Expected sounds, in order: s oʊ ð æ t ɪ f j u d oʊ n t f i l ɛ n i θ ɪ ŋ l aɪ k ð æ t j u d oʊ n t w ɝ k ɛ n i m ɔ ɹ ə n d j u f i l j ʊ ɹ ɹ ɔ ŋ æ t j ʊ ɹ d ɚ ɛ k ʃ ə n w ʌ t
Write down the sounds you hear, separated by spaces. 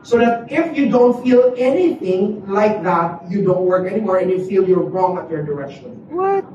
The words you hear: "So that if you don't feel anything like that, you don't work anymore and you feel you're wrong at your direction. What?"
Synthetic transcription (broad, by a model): s oʊ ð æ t ɪ f j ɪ d oʊ n t f i l ɛ n i θ ɪ ŋ l aɪ k ð æ t j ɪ d oʊ n t w ɝ k ɛ n i m ɔ ɹ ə n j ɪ f i l j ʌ ɹ ɹ ɔ ŋ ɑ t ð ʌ ɹ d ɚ ɛ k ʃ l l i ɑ